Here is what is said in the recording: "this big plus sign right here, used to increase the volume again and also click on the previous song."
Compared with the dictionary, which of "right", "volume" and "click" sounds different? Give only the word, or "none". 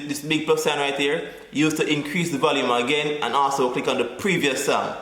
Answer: none